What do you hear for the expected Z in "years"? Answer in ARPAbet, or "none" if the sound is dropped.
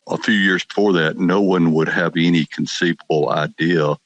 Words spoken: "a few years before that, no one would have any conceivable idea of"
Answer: Z